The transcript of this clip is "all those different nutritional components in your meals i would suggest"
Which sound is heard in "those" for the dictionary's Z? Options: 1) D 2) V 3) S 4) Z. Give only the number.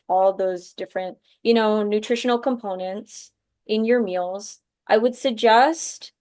4